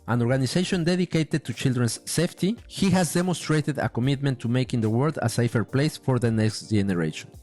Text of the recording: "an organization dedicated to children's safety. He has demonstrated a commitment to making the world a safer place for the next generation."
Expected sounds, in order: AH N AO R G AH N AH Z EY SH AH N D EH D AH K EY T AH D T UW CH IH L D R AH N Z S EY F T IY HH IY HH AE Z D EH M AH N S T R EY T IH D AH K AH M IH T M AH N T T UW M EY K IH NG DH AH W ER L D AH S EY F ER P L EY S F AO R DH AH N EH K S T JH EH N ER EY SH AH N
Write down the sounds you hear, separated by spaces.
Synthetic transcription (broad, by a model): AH N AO R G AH N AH S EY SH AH N D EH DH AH K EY T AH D T UW CH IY L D R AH N S EY F T IY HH IY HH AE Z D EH M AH N S T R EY T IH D AH K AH M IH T M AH N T T UW M EY K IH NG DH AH W ER L D AH S EY F ER P L EY S F AO R DH AH N EH K S T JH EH N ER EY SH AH N